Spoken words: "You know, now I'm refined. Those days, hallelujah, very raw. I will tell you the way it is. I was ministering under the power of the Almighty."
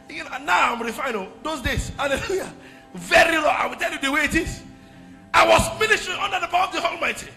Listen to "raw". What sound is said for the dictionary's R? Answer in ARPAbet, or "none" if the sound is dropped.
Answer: L